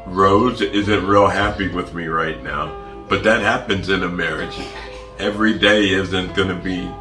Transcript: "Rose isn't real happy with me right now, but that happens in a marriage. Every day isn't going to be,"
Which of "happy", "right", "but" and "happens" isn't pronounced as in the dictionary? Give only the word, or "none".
none